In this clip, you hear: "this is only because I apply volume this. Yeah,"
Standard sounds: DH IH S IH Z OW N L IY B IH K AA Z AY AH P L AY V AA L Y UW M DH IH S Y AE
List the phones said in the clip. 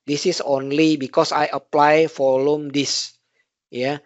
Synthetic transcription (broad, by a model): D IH S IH S OW N L IY B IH K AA S AY AH P L AY F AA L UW M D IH S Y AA